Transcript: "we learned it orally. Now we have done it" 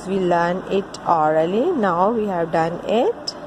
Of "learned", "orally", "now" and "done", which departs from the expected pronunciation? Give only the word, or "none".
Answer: learned